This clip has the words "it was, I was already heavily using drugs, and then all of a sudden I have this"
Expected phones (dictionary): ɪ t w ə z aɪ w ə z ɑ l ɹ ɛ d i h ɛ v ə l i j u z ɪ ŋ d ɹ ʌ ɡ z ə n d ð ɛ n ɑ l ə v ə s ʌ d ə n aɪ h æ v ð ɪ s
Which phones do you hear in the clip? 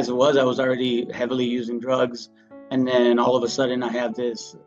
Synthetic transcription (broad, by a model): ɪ t w ə z aɪ w ə z l ɹ ɛ d i h ɛ v l i j u z ɪ ŋ d ɹ ʌ ɡ z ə n ð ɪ n ɑ l ə v ə s ʌ d n aɪ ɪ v ð ɪ s